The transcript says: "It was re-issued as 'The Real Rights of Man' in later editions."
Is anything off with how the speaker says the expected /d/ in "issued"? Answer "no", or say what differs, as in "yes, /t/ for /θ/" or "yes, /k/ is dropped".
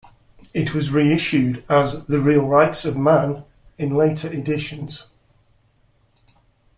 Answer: no